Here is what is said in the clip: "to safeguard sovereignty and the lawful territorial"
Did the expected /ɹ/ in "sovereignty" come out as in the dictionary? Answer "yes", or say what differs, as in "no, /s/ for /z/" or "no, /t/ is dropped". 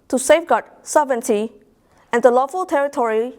no, /ɹ/ is dropped